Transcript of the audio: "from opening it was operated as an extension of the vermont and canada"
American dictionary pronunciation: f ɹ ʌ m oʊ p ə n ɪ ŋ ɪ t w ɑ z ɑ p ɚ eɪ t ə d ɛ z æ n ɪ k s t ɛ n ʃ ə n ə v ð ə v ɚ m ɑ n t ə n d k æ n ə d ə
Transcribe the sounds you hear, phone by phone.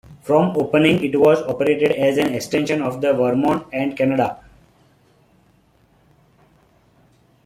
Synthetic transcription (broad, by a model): f ɹ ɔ m oʊ p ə n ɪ ŋ ɪ t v ɑ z ɑ p ɚ eɪ t ə d ɛ z æ n ɪ k s t ɛ n ʃ ə n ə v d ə v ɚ m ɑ n ə n d k æ n ə d ə